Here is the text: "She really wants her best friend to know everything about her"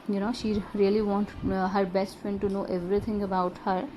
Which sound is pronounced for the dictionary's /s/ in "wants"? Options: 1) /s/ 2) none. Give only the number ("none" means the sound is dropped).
2